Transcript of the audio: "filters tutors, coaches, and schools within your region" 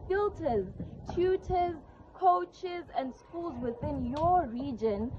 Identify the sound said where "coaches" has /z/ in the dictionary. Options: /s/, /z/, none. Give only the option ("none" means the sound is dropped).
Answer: /z/